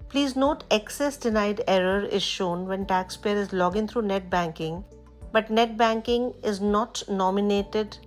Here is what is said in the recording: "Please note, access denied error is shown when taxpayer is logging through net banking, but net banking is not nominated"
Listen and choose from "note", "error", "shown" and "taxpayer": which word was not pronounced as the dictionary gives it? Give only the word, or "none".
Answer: none